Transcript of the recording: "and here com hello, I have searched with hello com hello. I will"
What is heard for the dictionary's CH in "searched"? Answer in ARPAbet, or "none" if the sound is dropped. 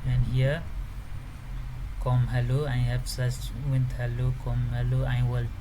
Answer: S